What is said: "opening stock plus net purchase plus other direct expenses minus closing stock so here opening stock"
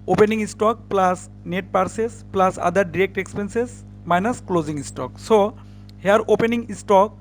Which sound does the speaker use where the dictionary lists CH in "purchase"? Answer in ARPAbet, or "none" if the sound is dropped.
S